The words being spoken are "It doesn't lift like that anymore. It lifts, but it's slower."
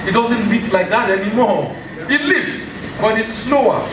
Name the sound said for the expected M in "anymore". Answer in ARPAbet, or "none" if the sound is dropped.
M